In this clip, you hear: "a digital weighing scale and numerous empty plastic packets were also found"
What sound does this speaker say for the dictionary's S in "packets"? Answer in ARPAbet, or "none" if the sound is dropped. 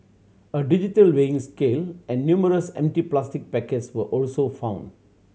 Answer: S